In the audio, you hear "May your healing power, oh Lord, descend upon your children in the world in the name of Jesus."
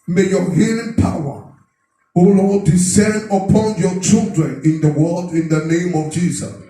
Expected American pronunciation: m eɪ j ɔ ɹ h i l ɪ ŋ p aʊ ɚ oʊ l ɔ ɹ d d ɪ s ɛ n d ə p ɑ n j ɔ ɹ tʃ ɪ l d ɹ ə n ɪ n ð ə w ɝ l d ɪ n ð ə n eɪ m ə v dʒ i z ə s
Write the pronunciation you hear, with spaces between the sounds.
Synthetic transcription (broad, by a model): m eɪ j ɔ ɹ h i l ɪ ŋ p aʊ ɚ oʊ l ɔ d d ɪ s ɛ n d ə p ɑ n j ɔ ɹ tʃ ɪ l d ɹ ə n ɪ n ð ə w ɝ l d ɪ n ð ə n eɪ m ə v dʒ i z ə s